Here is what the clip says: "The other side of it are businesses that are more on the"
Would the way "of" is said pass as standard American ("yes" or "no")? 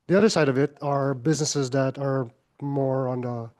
yes